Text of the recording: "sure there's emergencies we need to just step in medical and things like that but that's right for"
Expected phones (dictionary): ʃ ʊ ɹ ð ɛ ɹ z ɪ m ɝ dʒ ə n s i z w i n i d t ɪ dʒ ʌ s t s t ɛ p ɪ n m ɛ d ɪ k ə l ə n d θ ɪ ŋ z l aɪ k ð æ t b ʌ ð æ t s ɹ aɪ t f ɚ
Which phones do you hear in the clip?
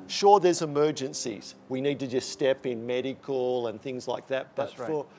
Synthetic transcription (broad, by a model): ʃ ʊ ɹ ð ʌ ɹ z ɪ m ɝ dʒ ə n s i z w i n i d t ɪ dʒ ʌ s t s t ɛ p ɪ n m ɛ d ɪ k ə l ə n θ ɪ ŋ z l aɪ k ð æ t b ʌ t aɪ t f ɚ